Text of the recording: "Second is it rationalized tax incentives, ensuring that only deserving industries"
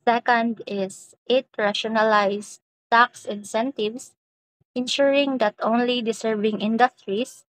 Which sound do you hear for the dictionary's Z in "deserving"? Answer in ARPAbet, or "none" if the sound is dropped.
S